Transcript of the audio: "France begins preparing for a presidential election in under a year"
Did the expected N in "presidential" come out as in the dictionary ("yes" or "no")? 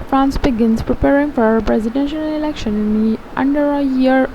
yes